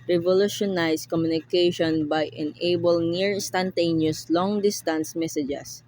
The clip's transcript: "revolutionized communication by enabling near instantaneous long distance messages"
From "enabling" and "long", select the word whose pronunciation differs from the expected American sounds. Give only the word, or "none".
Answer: enabling